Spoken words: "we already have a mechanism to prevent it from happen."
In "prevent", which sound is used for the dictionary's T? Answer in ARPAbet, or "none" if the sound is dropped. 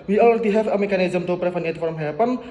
none